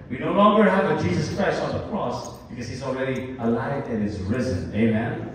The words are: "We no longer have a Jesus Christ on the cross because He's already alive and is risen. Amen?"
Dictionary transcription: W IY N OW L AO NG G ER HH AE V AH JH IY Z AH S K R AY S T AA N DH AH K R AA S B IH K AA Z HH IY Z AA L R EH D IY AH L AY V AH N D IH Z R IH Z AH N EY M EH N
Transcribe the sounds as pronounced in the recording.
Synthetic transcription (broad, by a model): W IY N OW L AO NG G ER HH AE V AH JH IY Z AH S K R AY S T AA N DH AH K R AA S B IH K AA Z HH IY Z AA L R EH D IY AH L AY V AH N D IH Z R IH Z AH N EY M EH N